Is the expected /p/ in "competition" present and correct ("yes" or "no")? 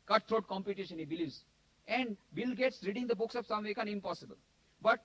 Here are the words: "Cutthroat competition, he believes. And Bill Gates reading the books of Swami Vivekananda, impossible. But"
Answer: yes